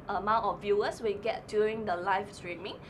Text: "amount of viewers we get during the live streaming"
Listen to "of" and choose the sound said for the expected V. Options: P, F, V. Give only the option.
F